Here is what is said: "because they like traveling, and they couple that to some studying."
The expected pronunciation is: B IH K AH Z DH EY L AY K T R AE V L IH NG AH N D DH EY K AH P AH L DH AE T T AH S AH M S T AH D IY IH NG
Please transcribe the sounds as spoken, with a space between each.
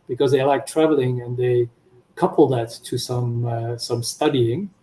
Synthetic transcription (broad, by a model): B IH K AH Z DH EY L AY K T R AE V L IH NG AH N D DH EY K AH P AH L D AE T S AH S AH M S T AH D IY IH NG